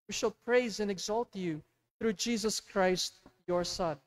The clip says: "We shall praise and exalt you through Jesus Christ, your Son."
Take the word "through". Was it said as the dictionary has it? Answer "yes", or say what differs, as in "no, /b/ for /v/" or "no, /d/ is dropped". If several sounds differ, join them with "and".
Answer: yes